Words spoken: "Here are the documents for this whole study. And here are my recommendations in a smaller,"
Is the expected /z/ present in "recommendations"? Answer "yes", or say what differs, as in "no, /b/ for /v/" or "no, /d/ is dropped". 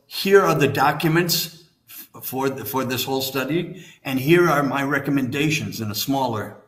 yes